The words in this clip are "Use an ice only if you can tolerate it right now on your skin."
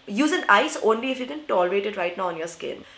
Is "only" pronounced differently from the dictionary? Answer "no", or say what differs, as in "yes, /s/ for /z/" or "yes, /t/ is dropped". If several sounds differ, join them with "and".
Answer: no